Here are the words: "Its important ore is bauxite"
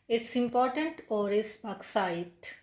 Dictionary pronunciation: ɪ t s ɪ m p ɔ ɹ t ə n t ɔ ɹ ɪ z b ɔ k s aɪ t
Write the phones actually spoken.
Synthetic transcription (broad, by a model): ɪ t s ɪ m p ɔ ɹ t ə n t ɔ ɹ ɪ s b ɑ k s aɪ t